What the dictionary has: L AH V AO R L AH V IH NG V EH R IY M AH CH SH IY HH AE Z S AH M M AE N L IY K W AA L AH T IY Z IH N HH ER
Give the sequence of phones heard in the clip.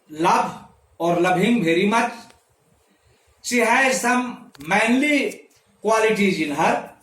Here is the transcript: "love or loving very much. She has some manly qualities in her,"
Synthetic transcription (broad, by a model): L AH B AO R L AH B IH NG B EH R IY M AH CH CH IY HH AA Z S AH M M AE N L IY K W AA L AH T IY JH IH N HH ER